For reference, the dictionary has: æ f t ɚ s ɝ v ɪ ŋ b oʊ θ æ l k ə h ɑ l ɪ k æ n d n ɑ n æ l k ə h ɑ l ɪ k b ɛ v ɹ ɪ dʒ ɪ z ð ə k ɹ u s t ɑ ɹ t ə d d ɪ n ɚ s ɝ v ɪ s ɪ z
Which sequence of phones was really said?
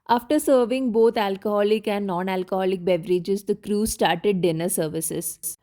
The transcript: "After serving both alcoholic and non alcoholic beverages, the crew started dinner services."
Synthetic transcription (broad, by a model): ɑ f t ɚ s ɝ v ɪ ŋ b oʊ t æ l k ə h ɑ l ɪ k æ n d n ɑ n æ l k ə h ɑ l ɪ k b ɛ v ɹ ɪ dʒ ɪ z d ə k ɹ u s t ɑ ɹ t ə d d ɪ n ɚ s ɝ v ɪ s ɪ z